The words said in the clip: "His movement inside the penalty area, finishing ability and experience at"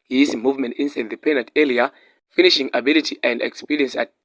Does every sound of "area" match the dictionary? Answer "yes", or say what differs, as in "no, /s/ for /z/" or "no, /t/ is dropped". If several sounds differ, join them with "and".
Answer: no, /l/ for /ɹ/